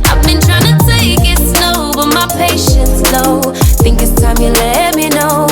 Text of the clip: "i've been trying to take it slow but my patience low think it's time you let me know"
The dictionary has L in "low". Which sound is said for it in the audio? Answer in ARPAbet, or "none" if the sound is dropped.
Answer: N